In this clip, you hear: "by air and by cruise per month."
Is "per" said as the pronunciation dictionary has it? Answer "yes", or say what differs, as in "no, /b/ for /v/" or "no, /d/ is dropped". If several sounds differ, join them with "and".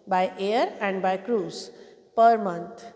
yes